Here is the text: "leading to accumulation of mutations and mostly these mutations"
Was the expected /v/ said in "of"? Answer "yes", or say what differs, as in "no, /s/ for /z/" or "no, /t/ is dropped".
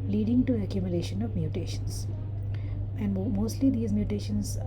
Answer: yes